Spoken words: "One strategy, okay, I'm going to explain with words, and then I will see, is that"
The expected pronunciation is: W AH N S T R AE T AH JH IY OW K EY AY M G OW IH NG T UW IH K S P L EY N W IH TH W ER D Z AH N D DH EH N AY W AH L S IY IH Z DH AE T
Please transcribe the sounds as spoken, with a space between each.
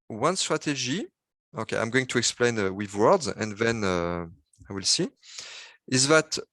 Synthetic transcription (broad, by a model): W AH N S T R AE T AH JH IY OW K EY AY M G OW IH NG T UW IH K S P L EY N W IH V W ER D Z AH N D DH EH N AY W AH L S IY IH Z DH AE T